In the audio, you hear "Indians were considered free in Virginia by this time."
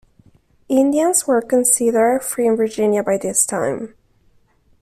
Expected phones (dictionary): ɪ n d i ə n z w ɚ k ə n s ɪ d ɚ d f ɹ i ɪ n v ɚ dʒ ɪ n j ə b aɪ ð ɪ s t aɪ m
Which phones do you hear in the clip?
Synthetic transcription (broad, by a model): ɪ n d i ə n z w ɚ k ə n s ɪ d ɚ f ɹ i ɪ n v ɚ dʒ ɪ n j ə b aɪ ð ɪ s t aɪ m